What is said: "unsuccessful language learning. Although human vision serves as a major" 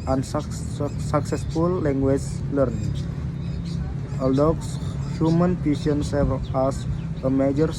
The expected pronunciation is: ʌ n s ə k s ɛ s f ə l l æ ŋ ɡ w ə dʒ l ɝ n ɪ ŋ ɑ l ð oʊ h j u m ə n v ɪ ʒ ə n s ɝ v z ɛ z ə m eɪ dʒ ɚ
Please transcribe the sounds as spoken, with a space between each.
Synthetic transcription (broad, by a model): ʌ n s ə k s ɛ s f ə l l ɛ ŋ ɡ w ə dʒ l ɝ n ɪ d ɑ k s h j u m ə n p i s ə n s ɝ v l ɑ s ə m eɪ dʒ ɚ